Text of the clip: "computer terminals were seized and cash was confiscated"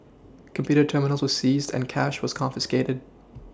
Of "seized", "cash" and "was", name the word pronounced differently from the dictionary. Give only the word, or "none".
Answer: none